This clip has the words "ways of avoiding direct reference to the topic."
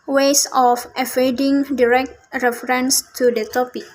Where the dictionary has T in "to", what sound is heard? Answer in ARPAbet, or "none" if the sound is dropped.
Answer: T